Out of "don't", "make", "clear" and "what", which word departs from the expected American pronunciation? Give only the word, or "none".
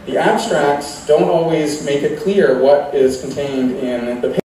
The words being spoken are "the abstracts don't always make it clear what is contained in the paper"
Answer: none